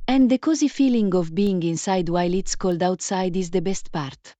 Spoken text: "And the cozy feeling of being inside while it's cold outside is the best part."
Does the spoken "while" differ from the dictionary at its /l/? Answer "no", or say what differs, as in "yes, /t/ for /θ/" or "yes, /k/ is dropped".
no